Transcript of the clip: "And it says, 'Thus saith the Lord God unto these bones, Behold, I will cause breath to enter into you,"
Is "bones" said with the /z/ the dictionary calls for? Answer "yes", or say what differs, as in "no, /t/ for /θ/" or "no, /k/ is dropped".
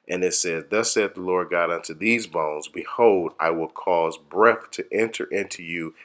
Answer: yes